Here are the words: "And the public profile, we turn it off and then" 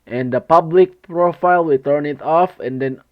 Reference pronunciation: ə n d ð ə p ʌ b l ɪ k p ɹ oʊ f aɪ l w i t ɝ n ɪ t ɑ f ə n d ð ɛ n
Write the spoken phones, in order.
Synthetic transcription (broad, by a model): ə n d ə p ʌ b l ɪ k p ɹ oʊ f aɪ l w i t ɝ n ɪ t ɑ f ə n d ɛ n